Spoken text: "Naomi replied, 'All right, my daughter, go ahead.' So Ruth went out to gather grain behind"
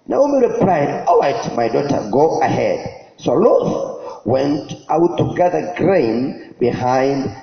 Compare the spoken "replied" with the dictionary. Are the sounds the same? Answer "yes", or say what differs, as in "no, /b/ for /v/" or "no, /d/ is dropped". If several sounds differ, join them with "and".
yes